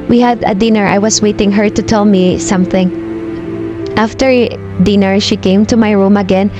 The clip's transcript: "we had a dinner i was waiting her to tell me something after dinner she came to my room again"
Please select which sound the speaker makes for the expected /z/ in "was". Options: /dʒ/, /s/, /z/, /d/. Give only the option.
/s/